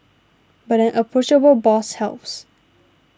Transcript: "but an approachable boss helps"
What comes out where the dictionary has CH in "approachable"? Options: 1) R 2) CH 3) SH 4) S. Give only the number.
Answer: 3